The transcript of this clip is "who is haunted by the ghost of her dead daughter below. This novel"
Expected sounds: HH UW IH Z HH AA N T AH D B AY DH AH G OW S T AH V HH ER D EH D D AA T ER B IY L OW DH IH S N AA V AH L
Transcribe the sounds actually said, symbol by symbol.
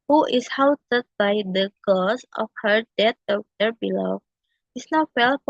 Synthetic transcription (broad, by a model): HH UW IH S HH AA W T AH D B AY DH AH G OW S AH F HH ER D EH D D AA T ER B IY L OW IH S N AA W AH L